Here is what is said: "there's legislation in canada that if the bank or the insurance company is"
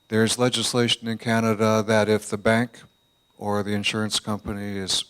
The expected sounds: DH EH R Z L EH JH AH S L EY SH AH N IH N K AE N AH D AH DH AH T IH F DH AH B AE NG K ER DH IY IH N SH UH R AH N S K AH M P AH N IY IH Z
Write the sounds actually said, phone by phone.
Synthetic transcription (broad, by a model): DH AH R Z L EH JH AH S L EY SH AH N IH N K AE N AH D AH DH AH T IH F DH AH B AE NG K ER DH IY IH N SH UH R AH N S K AH M P AH N IY IH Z